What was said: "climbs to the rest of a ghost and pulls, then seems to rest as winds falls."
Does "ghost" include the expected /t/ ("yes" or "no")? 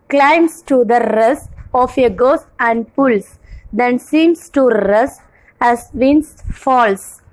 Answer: no